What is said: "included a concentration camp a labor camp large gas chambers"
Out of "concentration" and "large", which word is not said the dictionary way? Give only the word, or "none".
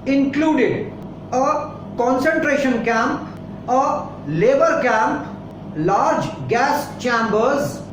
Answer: none